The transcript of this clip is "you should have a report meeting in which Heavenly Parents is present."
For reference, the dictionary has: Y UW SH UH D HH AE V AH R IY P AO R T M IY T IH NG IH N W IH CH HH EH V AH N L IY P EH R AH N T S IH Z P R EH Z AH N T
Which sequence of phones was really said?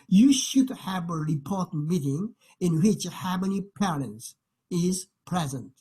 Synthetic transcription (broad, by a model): Y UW SH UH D HH AE V AH R IY P AO R T M IY T IH NG IH N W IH CH HH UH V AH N IY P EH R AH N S IH Z P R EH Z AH N T